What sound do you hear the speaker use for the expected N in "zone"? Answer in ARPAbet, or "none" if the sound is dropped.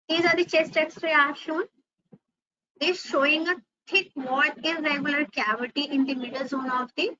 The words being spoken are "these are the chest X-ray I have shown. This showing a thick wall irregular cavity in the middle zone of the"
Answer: N